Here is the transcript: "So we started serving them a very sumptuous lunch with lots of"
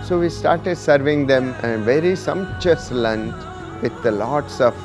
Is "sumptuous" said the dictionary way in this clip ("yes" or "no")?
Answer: no